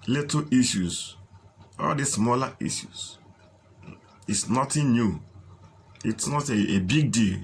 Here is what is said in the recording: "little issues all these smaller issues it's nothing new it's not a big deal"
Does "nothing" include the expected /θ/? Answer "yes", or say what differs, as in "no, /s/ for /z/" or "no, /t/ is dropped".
no, /t/ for /θ/